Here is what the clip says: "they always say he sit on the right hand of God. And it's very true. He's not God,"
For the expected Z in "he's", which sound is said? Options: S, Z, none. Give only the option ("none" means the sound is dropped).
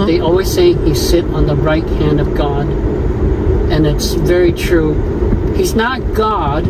Z